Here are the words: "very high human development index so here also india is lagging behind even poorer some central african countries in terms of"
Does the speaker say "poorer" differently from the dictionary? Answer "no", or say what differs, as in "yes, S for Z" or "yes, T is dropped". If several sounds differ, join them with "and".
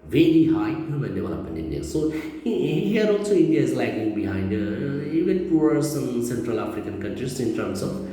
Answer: yes, R is dropped